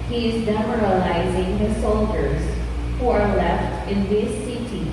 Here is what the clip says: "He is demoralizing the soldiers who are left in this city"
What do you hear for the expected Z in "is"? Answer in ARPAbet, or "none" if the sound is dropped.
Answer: Z